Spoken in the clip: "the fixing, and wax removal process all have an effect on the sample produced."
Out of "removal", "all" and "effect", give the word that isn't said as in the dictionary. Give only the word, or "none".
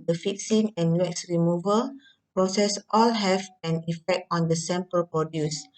none